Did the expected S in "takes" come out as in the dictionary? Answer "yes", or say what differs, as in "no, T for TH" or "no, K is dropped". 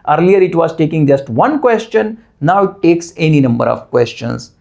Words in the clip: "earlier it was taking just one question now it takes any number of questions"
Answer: yes